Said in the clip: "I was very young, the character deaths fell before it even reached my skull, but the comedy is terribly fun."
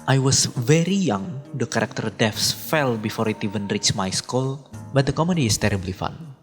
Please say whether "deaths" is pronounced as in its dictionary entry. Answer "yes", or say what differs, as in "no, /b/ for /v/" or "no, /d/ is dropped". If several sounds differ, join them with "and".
no, /f/ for /θ/